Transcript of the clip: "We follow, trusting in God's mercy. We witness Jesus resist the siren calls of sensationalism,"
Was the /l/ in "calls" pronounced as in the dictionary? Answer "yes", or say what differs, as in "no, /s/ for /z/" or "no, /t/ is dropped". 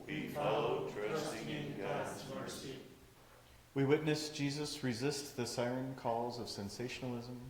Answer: yes